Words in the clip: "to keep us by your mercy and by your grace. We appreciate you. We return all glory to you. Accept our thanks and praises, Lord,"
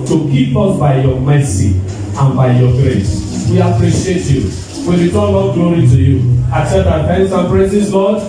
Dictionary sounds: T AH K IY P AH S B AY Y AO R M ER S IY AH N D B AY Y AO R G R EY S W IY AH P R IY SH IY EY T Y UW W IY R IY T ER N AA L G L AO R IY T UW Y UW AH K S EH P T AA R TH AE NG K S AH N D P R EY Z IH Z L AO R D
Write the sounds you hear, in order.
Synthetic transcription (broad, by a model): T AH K IY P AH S B AY Y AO M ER S IY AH N B AY Y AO G R EY S W IY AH P R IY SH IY EY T Y UW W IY W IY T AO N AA G L AO R IY T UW Y UW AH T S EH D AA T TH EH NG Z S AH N P R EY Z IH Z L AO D